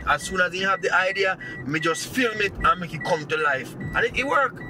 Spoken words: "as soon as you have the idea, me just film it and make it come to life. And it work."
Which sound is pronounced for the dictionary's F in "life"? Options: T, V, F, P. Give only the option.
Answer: F